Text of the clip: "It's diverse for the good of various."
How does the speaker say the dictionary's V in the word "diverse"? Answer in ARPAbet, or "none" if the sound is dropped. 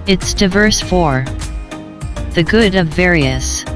V